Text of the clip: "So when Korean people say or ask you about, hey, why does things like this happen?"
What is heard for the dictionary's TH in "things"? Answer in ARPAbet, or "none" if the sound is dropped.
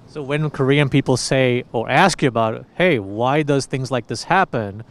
TH